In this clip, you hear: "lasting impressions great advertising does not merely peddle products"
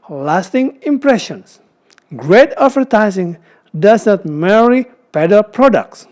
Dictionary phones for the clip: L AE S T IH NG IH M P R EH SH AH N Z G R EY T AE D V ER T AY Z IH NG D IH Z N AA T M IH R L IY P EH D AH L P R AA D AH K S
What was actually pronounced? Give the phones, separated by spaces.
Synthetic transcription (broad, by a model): L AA S T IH NG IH M P R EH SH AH N S G R EY T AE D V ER T AY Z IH NG D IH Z N AA T M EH R IY P EH D AH L P R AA D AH K S